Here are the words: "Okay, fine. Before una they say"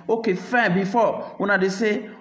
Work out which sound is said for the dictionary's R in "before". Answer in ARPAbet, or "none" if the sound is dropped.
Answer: W